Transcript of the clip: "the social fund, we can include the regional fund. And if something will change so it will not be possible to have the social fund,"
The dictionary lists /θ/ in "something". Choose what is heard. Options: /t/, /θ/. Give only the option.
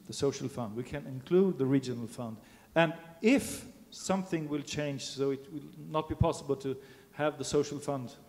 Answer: /θ/